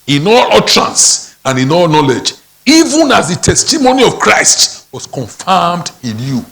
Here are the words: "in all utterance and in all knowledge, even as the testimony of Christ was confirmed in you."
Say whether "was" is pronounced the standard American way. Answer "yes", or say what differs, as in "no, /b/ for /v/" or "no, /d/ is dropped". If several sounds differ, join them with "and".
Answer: no, /s/ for /z/